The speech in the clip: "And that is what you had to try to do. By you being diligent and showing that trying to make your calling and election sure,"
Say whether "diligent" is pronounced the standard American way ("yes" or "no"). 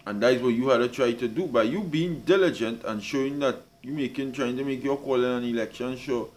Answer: yes